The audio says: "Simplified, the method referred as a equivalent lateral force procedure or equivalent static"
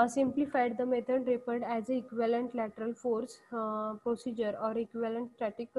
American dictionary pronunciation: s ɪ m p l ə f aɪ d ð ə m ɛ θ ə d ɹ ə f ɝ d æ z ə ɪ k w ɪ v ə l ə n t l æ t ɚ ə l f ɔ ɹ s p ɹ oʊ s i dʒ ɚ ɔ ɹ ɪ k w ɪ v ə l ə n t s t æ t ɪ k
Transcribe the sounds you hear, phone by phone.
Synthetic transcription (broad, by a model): s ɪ m p l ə f aɪ d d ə m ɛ t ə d ɹ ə p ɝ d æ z ə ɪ k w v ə l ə n t l æ t ɚ ə l f ɔ ɹ s p ɹ oʊ s i dʒ ɚ ɔ ɹ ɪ k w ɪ v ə l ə n t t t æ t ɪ k